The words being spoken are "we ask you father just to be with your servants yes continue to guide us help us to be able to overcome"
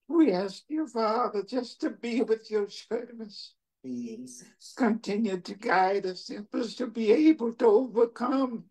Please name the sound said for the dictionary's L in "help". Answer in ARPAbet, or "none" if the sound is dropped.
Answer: none